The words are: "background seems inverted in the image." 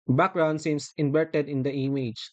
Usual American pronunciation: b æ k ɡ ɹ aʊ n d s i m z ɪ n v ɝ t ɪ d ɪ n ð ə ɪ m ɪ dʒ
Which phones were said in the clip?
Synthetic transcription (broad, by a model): b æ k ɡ ɹ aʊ n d s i m s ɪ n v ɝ t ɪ d ɪ n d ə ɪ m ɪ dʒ